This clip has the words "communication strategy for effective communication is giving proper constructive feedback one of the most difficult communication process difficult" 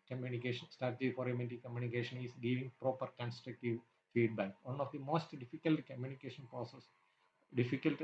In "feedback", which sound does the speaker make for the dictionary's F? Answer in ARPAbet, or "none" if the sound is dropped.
F